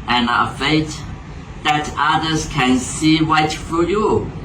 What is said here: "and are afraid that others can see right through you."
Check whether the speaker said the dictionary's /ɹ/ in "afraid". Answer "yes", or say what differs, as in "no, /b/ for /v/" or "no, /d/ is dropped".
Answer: no, /ɹ/ is dropped